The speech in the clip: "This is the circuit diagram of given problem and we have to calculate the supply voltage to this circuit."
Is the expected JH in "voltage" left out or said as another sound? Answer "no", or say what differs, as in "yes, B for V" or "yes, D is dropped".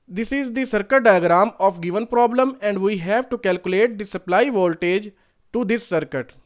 no